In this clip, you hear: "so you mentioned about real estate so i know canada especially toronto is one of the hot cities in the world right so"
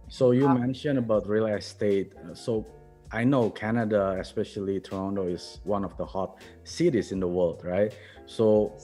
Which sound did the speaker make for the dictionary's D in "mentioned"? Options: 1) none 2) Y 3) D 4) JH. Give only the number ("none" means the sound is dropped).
1